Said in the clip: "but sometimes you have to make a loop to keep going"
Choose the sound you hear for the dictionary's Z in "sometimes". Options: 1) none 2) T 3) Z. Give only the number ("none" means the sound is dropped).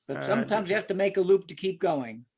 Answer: 3